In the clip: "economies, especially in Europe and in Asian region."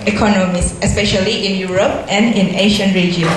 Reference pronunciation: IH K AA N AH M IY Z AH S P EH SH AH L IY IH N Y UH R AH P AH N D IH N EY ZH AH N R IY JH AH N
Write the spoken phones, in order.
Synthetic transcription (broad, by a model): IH K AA N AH M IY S AH S P EH SH AH L IY IH N Y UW R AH P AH N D IH N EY SH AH N R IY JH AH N